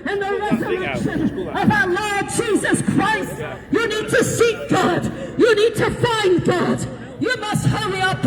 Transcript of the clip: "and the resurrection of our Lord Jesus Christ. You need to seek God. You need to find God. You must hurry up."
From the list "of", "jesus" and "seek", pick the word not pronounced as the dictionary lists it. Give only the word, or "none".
none